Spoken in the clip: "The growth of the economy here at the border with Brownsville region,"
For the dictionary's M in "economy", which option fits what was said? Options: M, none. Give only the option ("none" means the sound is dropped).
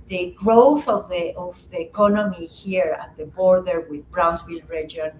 M